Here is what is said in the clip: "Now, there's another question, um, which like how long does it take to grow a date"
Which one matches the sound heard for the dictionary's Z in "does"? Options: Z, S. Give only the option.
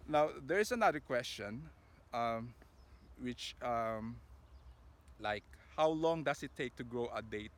S